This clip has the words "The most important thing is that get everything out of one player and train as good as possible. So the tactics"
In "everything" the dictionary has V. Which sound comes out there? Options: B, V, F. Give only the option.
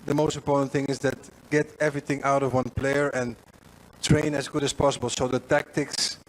V